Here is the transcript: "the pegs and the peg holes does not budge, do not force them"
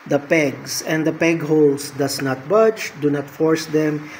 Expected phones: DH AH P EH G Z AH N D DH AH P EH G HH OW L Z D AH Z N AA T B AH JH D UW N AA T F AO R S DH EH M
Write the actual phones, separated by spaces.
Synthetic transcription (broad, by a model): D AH P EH G S AH N D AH P EH G HH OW L S D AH S N AA T B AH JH D UW N AA T F AO R S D EH M